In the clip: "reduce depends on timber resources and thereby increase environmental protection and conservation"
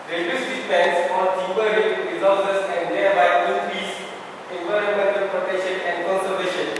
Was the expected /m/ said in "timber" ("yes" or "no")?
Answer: no